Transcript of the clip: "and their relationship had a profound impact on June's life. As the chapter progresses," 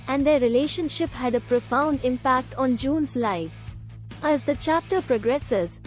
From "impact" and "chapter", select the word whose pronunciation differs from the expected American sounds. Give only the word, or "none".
none